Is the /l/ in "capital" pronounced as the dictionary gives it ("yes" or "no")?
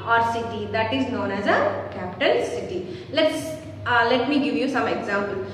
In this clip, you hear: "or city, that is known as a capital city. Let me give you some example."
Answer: no